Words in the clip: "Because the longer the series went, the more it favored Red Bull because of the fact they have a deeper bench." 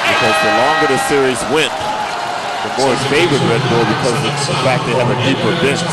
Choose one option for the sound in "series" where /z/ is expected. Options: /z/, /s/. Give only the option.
/z/